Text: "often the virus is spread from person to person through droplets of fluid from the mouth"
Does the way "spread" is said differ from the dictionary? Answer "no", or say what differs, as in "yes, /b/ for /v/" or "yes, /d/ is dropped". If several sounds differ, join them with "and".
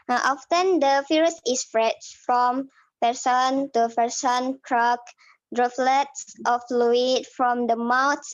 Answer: yes, /f/ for /p/